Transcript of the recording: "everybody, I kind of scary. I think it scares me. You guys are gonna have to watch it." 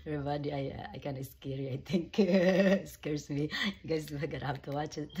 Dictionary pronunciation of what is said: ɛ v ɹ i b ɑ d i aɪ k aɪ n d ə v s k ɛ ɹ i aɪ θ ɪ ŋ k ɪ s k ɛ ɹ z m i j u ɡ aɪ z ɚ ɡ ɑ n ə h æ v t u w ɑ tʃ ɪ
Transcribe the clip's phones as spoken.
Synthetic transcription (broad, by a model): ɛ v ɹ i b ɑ d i aɪ k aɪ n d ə s k ɛ ɹ i aɪ t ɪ ŋ k s k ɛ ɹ s m i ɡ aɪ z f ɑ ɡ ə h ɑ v t u w ɑ tʃ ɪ